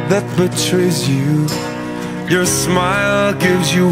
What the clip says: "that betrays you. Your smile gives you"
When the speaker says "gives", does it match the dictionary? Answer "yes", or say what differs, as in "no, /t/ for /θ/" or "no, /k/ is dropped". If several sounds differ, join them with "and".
yes